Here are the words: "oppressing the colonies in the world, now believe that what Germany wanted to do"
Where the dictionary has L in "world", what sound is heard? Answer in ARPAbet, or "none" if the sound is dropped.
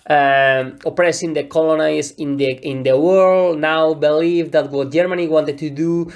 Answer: L